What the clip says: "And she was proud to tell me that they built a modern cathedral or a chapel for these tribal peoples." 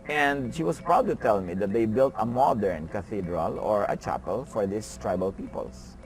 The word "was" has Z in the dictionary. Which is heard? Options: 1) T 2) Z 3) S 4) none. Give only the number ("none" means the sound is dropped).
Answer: 3